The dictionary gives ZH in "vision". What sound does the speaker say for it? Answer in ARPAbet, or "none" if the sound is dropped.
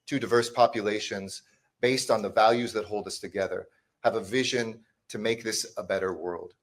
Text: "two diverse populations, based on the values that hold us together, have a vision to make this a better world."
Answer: ZH